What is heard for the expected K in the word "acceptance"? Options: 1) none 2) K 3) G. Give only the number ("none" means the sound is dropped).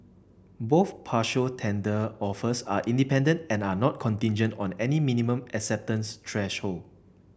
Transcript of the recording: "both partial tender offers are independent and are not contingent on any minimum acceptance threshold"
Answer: 2